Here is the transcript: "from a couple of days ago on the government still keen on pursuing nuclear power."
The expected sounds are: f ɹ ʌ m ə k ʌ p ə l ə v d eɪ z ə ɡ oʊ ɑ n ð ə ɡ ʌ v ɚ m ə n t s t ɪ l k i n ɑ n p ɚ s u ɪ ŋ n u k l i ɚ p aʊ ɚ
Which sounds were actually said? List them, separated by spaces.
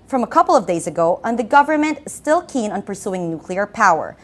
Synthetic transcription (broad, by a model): f ɹ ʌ m ə k ʌ p l ə v d eɪ z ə ɡ oʊ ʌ n ð ə ɡ ʌ v ɚ m ə n t s t ɪ l k i n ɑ n p ɚ s u ɪ ŋ n u k l i ɚ p aʊ ɚ